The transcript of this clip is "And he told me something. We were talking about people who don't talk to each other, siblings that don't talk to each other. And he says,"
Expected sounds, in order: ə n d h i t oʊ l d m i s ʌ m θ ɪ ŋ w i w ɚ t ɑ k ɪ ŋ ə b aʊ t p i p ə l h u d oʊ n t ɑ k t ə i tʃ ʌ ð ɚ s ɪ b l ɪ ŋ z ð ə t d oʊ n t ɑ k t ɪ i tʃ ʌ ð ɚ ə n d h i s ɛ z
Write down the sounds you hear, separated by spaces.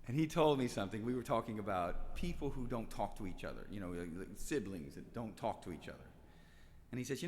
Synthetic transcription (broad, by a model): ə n i t oʊ l d m i s ʌ m θ ɪ ŋ w i w ɚ t ɑ k ɪ ŋ ə b aʊ t p i p l h u d oʊ n t ɑ k t ə i tʃ ʌ ð ɚ s ɪ b l ɪ ŋ z ð ə t d oʊ n t ɑ k t ɪ i tʃ ʌ ð ɚ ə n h i s ɛ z